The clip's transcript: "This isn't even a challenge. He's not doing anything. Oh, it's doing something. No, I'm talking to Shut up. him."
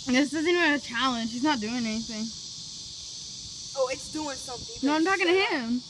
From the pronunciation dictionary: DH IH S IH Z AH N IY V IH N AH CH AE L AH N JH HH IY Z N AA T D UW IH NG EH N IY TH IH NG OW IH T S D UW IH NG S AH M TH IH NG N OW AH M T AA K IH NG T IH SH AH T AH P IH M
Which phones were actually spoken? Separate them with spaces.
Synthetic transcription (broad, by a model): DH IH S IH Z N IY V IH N AH CH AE L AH N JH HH IY Z N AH T D UW IH NG EH N IY TH IH NG OW IH T S D UW IH NG S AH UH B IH N OW AH M T AA K IH NG T IH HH IH M